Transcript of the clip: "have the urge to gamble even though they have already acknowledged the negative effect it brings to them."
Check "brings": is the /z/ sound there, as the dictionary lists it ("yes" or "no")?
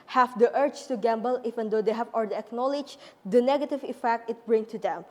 no